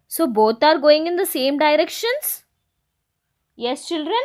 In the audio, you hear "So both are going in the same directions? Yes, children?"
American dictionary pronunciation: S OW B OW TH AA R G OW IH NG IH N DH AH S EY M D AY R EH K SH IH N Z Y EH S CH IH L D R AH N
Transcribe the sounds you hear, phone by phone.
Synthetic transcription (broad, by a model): S OW B OW T AA R G OW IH NG IH N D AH S EY M D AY R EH K SH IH N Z Y EH S CH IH L D R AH N